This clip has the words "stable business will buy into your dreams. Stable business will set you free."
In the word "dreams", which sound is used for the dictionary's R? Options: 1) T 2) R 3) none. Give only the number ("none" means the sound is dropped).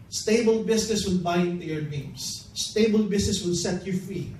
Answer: 3